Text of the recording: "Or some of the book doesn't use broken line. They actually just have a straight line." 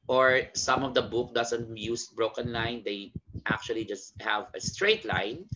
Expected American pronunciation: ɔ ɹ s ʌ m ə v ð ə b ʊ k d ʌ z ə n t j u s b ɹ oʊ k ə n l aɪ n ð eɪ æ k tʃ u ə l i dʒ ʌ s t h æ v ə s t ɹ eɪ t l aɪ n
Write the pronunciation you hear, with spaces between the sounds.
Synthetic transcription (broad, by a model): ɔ ɹ s ʌ m ə v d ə b ʊ k d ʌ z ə n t j u s b ɹ oʊ k ə n l aɪ n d eɪ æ k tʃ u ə l i dʒ ʌ s t h æ v ə s t ɹ eɪ t l aɪ n